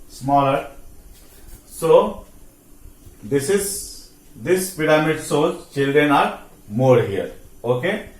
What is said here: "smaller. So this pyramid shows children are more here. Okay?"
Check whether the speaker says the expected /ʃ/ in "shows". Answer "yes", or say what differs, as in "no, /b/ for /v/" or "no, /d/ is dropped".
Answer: no, /s/ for /ʃ/